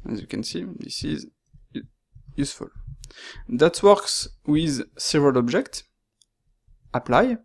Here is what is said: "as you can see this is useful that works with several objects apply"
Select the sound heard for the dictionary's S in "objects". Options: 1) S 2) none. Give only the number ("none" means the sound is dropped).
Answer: 1